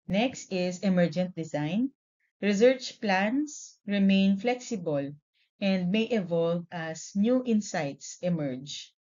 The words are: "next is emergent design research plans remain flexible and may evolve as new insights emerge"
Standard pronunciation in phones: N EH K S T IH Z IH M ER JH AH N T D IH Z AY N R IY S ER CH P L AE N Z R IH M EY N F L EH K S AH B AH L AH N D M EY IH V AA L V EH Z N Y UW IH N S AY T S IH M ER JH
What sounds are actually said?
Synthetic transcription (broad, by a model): N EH K S T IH S IH M ER JH AH N T D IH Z AY N R IY S ER CH P L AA N S R IH M EY N F L EH K S AH B AH L AH N D M EY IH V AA L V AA S N Y UW IH N S AY T S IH M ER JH